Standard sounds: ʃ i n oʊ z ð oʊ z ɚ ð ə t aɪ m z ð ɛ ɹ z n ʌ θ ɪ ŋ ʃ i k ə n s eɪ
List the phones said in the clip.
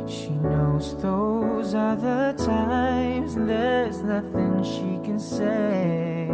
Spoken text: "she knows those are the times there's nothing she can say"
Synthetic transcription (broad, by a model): ʃ i n oʊ z ð oʊ z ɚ ð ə t aɪ m z ð ɛ ɹ z n ʌ θ ɪ ŋ ʃ i k ə n s eɪ